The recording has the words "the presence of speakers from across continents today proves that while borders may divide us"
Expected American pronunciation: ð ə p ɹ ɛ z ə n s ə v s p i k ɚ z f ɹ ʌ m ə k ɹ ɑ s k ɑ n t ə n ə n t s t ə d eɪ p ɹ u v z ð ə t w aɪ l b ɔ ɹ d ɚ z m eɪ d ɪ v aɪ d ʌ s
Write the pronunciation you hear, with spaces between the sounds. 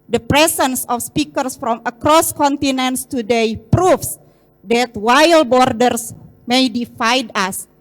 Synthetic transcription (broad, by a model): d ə p ɹ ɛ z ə n s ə f s p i k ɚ s f ɹ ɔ m ə k ɹ ɑ s k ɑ n t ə n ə n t s t ə d eɪ p ɹ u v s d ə t w aɪ l b ɔ ɹ d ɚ s m eɪ d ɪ f aɪ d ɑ s